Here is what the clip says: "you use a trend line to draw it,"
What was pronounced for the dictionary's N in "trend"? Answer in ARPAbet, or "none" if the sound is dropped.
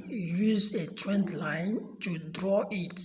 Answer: N